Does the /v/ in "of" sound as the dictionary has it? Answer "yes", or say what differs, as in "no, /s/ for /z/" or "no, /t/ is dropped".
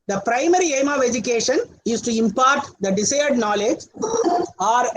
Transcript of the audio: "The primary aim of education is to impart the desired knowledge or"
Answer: yes